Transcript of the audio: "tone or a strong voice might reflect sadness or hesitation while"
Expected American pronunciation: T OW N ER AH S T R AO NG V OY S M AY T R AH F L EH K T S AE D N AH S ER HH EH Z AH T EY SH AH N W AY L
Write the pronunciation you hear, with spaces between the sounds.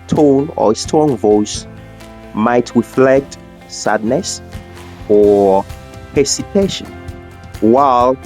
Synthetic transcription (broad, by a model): T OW N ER AH S T AO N V OY S M AY T R AH F L EH K T S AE D N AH S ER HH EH S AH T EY SH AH N W AY L